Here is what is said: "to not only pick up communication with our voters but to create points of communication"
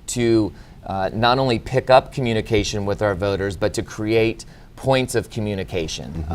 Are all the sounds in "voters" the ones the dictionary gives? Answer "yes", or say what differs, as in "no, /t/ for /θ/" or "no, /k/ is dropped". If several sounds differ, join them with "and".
yes